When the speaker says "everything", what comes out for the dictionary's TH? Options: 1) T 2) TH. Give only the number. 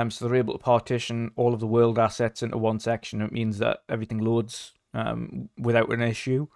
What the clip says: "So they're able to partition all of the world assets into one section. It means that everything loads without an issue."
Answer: 2